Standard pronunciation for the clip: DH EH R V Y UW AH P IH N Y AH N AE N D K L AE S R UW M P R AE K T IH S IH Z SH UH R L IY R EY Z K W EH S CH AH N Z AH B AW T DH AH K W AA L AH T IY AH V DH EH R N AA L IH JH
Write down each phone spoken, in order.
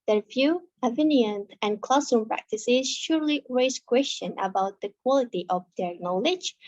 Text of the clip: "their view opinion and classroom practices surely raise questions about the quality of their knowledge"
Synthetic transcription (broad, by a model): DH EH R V Y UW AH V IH N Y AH N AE N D K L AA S UW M P R AE K T IH S IH Z SH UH R L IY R EY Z K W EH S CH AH N AH B AW T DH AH K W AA L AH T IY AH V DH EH R N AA L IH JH